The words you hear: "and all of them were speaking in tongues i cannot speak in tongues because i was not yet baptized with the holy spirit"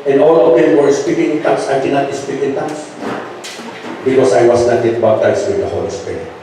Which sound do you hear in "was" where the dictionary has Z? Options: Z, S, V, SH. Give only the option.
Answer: S